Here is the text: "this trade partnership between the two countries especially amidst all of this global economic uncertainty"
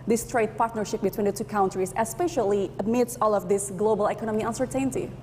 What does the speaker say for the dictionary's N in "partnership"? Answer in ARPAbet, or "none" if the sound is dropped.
N